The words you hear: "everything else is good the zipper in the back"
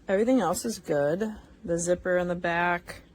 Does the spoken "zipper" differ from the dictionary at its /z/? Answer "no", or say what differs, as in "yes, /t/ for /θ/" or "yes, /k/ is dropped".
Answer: no